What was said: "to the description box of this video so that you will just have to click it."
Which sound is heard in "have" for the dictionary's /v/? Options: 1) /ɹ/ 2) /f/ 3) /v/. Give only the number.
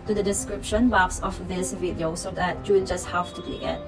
2